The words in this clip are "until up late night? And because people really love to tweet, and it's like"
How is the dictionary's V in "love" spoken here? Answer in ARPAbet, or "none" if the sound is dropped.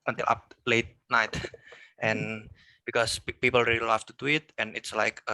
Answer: F